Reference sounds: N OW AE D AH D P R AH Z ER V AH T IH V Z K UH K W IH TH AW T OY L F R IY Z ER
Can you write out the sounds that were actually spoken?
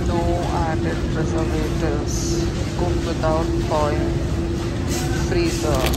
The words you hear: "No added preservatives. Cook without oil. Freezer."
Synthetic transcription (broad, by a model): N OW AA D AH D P R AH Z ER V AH T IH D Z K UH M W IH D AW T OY N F R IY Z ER